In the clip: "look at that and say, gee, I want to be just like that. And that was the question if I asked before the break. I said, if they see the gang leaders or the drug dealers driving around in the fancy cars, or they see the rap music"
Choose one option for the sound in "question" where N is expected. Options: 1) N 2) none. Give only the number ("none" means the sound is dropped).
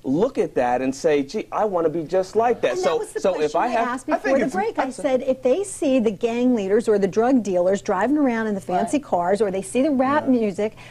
2